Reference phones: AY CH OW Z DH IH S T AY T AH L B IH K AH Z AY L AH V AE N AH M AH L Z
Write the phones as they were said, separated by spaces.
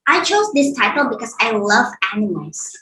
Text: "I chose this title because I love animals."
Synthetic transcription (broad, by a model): AY CH OW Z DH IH S T AY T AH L B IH K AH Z AY L AH V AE N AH M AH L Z